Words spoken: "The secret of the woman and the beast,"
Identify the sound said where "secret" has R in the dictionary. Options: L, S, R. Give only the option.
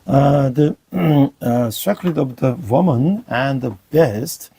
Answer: L